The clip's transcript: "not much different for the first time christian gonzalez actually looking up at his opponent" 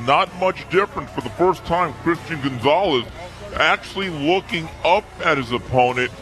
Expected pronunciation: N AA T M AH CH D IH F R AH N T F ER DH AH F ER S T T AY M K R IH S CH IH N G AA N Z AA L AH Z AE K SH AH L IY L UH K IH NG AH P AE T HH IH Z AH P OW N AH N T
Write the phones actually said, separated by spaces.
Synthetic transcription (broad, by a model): N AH T M AH CH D IH F R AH N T F ER DH AH F ER S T T AY M K R IH S CH IH N G AA N Z AA L AH Z AE K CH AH L IY L UH K IH NG AH P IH T HH IH Z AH P OW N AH N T